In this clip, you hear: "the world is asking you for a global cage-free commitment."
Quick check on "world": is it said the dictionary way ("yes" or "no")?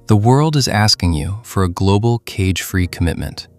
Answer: yes